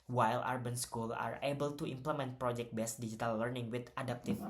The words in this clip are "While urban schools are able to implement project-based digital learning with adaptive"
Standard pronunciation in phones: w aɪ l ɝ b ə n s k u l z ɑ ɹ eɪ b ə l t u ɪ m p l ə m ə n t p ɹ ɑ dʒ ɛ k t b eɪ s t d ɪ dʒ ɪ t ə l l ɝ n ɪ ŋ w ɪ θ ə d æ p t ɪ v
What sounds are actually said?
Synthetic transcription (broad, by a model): w aɪ l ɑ b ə n s k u l ɑ ɹ eɪ b ə l t u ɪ m p l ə m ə n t p ɹ ɑ dʒ ɛ k t b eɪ s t d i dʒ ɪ t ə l l ɝ n ɪ ŋ w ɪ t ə d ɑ p t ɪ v